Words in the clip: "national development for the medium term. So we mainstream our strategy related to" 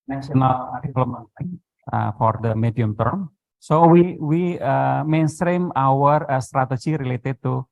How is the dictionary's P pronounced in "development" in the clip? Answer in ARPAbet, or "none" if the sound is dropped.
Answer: none